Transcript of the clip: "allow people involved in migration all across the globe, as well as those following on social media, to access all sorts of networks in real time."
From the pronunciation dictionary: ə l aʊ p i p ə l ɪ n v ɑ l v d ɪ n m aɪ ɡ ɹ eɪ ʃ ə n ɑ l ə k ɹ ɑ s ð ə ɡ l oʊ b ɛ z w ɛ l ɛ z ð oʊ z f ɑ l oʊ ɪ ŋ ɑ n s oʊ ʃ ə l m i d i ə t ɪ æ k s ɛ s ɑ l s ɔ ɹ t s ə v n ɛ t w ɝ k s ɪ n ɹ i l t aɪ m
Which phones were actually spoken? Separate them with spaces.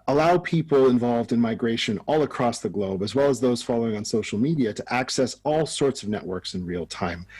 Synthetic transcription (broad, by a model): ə l aʊ p i p l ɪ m v ɑ l v d ɪ n m aɪ ɡ ɹ eɪ ʃ ə n ɑ l ə k ɹ ɑ s ð ə ɡ l oʊ b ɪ z w ɛ l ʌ z ð oʊ z f ɑ l oʊ ɪ ŋ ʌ n s oʊ ʃ l m i d i ə t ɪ æ k s ɛ s ɑ l s ɔ ɹ t s ə v n ɛ t w ɝ k s ɪ n ɹ i l t aɪ m